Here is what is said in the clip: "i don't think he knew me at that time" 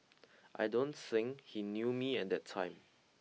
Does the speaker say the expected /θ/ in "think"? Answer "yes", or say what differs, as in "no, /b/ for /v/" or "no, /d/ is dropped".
no, /s/ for /θ/